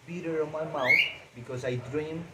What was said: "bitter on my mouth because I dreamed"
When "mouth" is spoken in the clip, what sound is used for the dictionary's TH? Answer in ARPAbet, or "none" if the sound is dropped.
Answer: T